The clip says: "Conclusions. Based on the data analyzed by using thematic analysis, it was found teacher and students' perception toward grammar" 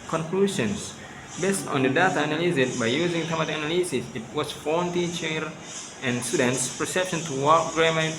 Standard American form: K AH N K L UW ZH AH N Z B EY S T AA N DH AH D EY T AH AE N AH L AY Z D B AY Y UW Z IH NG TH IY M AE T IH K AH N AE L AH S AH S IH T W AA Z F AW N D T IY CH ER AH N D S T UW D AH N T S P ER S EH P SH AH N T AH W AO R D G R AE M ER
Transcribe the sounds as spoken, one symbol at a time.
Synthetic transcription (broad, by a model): K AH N K L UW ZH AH N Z B EY S T AA N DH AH D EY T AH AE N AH L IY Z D B AY Y UW Z IH NG T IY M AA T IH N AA L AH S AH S IH T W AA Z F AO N T IY CH ER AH N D S T UW D AH N T S P ER S EH P SH AH N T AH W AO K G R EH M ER